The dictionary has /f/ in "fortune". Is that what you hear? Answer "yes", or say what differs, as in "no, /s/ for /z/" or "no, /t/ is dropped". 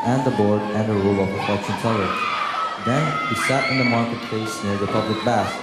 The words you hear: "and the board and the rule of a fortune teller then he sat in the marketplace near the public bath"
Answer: no, /p/ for /f/